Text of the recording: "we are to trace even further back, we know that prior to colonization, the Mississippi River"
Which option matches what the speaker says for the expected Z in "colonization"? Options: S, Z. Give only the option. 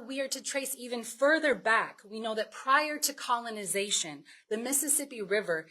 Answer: Z